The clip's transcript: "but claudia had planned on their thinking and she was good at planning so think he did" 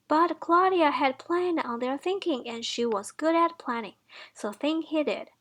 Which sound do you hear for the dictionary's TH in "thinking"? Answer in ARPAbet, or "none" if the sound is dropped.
TH